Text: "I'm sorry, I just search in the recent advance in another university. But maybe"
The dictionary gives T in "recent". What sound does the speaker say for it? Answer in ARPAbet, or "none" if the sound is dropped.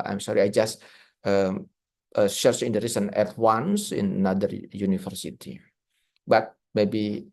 none